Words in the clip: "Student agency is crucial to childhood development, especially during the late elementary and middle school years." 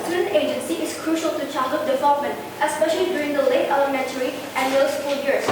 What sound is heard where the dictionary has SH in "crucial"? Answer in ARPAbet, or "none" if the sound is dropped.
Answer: SH